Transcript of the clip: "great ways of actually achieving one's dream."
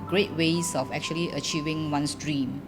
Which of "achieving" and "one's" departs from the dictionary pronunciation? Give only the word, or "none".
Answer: one's